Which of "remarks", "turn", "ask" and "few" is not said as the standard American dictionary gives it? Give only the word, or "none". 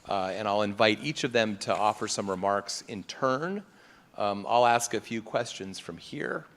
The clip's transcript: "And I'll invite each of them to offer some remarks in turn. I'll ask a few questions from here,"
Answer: none